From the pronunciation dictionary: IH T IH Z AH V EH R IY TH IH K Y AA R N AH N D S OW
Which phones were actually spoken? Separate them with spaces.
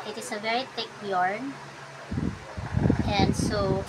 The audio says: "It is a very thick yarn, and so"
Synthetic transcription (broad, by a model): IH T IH S AH V EH R IY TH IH K Y AA R N AH N D S OW